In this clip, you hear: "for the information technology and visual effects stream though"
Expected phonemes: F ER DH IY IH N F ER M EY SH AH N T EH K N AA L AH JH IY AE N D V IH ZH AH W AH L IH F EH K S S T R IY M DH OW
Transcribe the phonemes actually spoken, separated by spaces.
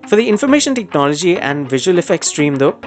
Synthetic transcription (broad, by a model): F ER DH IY IH N F ER M EY SH AH N T EH K N AA L AH JH IY AE N D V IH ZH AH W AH L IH F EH K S S T R IY M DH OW